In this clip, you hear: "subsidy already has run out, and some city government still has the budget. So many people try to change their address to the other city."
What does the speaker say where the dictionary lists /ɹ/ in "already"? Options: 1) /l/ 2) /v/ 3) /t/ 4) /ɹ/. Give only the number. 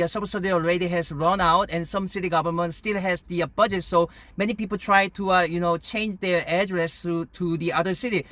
4